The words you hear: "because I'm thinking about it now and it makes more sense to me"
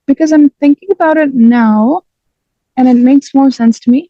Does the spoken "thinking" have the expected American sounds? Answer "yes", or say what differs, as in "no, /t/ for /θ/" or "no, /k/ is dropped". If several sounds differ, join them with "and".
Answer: yes